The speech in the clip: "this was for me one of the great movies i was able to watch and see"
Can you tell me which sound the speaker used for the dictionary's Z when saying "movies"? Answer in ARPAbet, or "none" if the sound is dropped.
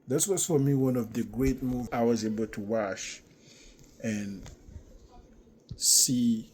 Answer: none